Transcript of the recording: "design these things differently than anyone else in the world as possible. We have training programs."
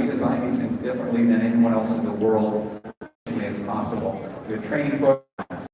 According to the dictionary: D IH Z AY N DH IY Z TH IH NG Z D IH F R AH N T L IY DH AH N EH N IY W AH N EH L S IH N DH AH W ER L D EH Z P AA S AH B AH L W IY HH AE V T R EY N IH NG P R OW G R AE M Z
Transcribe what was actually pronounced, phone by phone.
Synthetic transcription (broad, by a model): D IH Z AY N DH IY Z TH IH NG Z D IH F R AH N T L IY DH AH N EH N IY W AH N EH L S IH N DH AH W ER L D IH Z P AA S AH B L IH T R EY IH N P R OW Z